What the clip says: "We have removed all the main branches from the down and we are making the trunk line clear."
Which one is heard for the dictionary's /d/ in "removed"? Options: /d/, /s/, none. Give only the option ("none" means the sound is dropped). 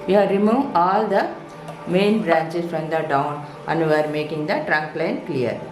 none